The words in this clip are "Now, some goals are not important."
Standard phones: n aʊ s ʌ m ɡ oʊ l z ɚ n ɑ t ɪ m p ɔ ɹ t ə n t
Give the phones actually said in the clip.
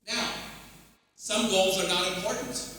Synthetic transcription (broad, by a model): n aʊ s ʌ m ɡ oʊ l z ɚ n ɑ t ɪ m p ɔ ɹ t n t